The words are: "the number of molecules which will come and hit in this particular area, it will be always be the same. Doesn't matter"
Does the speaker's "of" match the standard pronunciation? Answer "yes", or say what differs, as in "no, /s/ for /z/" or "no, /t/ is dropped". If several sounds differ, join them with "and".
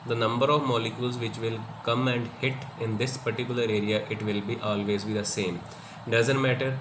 yes